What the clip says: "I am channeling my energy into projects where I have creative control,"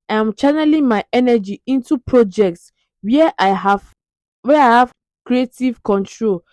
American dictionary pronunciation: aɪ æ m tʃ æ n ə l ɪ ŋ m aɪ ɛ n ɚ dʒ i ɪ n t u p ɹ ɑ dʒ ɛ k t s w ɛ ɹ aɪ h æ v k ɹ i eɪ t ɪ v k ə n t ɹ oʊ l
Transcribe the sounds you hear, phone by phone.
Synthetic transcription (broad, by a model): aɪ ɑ m tʃ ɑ n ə l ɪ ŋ m aɪ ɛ n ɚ dʒ i ɪ n t u p ɹ ɑ dʒ ɛ k t s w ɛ w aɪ h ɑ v k ɹ i eɪ t ɪ v k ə n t ɹ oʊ l